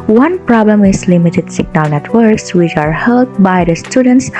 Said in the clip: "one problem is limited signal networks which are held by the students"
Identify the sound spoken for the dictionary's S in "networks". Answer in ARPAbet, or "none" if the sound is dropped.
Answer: S